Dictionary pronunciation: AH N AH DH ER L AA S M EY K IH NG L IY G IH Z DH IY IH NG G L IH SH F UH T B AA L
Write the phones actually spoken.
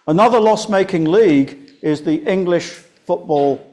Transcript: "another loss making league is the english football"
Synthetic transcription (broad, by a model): AH N AH DH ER L AA S M EY K IH NG L IY G IH Z DH IY IH NG G L IH SH F UH T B AA L